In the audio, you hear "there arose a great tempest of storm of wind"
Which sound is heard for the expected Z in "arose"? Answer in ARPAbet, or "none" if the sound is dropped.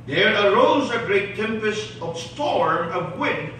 Z